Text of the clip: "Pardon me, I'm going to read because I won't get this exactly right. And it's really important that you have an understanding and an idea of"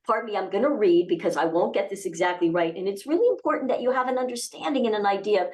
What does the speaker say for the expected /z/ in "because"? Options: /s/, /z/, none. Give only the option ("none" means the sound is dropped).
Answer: /z/